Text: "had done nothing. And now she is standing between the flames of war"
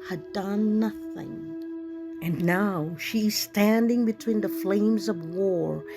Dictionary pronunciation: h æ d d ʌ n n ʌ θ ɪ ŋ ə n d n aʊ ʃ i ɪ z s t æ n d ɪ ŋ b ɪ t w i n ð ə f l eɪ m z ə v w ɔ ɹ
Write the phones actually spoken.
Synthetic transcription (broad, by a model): h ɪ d d ʌ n n ʌ θ ɪ ŋ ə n n aʊ ʃ i ɪ z s t æ n d ɪ ŋ b ɪ t w i n ð ə f l eɪ m z ə v w ɔ ɹ